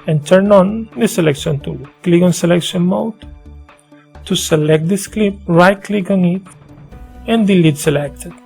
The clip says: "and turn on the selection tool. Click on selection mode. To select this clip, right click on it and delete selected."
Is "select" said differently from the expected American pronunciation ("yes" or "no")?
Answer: no